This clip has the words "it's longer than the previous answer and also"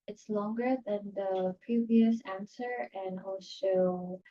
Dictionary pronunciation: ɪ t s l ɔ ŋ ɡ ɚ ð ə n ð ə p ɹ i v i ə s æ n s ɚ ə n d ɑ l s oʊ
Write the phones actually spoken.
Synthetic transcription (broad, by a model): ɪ t s l ɔ ŋ ɡ ɚ ð ə n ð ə p ɹ i v i ə s æ n s ɚ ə n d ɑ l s oʊ